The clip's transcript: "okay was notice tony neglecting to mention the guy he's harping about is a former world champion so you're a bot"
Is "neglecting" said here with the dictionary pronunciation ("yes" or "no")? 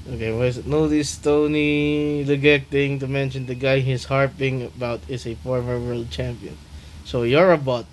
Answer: no